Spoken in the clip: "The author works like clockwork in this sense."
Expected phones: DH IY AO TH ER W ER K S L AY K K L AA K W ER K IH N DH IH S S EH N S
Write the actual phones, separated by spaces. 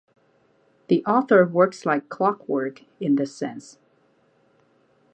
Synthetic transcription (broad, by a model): DH IY AO TH ER W ER K S L AY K K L AA K W ER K IH N DH IH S S EH N S